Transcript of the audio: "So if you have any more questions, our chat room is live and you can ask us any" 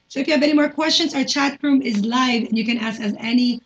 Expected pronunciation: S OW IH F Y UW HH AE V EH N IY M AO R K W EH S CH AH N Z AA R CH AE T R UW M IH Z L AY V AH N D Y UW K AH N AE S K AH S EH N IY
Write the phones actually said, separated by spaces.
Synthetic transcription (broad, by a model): S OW IH F Y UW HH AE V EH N IY M AO R K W EH S CH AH N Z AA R CH AE T R UW M IH Z L AY V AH N Y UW K AH N AE S K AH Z EH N IY